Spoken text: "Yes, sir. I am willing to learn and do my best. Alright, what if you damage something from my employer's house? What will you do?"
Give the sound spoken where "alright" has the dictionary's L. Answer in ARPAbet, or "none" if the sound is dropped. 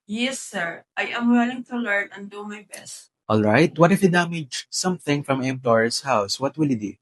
L